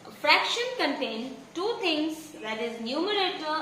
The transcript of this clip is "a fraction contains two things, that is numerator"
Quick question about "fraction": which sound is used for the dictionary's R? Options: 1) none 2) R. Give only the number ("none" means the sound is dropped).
2